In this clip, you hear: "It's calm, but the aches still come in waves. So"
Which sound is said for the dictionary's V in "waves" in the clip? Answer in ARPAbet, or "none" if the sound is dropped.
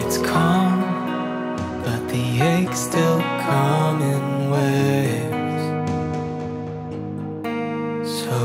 none